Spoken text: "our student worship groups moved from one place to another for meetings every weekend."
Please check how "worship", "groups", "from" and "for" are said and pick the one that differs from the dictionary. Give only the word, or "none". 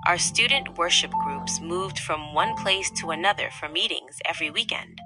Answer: none